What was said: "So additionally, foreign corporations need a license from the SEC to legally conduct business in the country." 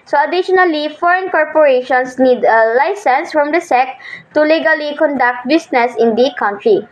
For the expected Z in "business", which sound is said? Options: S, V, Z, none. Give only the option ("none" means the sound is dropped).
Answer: S